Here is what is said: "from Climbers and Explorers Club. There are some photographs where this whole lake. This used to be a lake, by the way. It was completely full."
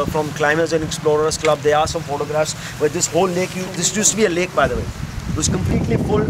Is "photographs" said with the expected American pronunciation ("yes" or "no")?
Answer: yes